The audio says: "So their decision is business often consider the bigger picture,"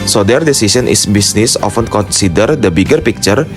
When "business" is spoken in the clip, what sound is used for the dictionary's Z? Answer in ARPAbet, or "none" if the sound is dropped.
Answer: S